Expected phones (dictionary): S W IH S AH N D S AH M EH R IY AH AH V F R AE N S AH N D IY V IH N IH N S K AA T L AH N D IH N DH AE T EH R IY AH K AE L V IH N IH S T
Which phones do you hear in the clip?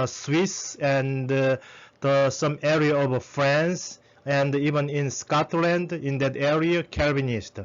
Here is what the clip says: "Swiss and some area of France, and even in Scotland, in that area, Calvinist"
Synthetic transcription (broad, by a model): S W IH S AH N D S AH M EH R IY AH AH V F R AE N S AH N D IY V IH N IH N S K AA T L AH N D IH N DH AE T EH R IY AH K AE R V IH N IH S T